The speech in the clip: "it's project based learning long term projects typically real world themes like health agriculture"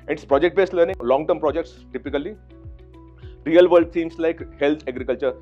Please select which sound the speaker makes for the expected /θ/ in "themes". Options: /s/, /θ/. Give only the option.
/s/